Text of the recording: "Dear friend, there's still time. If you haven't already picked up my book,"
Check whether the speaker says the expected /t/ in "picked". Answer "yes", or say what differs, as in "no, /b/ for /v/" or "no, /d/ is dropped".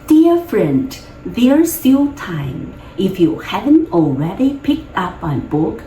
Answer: yes